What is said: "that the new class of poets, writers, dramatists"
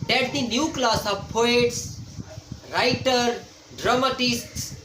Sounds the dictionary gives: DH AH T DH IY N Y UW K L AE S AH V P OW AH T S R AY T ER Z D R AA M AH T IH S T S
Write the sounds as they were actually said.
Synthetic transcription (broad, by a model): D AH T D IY N Y UW K L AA S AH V P OW AH T S R AY T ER D R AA M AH T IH S T S